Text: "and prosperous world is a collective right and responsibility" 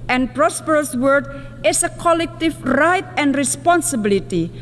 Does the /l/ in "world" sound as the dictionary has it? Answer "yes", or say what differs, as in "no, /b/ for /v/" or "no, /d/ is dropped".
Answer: no, /l/ is dropped